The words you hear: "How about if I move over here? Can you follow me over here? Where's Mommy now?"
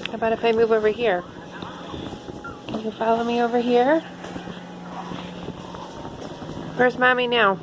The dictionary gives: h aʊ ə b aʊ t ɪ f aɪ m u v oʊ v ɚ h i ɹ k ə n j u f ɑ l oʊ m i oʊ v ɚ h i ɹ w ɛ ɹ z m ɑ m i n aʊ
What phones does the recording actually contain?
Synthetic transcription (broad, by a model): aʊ ə b aʊ t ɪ p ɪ m u v oʊ v ɚ h i ɹ k ə n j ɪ f ɑ l oʊ m i oʊ v ɚ h i ɹ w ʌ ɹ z m ɑ m i n aʊ